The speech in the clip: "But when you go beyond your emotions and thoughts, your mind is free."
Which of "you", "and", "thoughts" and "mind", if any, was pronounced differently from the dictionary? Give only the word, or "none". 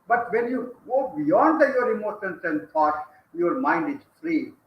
thoughts